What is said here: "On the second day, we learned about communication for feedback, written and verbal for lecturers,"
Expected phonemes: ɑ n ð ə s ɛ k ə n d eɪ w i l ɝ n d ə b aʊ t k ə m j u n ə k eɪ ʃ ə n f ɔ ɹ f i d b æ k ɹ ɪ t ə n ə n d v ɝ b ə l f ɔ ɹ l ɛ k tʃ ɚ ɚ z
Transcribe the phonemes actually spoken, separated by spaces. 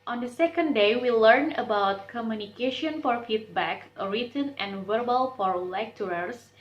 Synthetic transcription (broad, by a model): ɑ n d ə s ɛ k ə n d eɪ w i l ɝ n ə b aʊ t k ə m j u n ə k eɪ ʃ ə n f ɔ ɹ f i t b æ k ɹ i t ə n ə n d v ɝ b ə l f ɔ ɹ l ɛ k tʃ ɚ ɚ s